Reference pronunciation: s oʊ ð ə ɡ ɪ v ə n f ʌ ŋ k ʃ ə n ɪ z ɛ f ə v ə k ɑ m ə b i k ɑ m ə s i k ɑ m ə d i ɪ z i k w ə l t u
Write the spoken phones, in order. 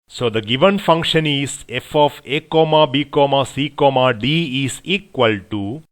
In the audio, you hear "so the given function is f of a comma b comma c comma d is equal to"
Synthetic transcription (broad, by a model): s oʊ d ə ɡ ɪ v ə n f ʌ ŋ k ʃ ə n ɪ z ɛ f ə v ə k ɑ m ə b i k ɑ m ə s i k ɑ m ə d i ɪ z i k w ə l t u